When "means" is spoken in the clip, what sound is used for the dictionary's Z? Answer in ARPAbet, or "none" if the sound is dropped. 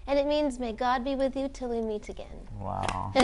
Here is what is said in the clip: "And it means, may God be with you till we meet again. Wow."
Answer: Z